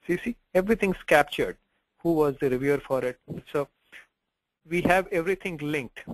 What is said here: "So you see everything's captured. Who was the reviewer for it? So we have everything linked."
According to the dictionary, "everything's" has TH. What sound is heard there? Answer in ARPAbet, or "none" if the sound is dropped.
T